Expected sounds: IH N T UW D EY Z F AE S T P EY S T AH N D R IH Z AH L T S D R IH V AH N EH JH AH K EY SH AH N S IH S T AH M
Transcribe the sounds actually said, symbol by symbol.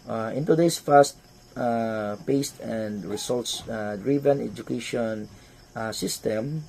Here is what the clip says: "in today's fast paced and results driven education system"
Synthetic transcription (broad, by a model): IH N T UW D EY S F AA S T P EY S T AH N D R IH S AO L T S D R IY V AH N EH JH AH K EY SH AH N S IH S T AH M